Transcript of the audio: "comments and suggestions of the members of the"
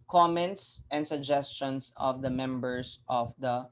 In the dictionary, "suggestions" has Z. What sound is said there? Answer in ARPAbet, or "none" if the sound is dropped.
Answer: S